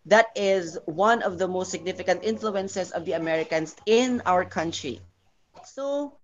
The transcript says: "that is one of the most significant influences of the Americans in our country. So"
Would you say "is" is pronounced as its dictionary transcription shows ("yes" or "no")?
yes